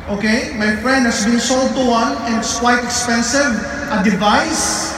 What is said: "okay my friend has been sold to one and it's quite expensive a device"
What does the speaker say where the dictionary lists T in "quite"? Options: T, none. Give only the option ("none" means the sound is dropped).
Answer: T